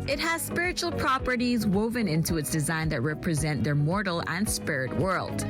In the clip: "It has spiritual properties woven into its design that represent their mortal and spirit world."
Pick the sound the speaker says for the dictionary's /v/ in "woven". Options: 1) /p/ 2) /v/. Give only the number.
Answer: 2